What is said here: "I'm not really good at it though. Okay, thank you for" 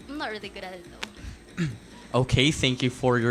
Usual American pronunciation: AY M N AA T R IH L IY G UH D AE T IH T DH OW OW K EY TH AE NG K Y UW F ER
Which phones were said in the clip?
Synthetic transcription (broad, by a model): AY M N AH T R IH L IY G UH D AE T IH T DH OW OW K EY TH AE NG K Y UW F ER